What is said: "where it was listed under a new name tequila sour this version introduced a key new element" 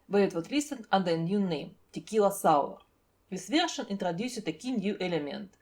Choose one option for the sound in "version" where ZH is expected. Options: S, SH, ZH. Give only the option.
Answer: SH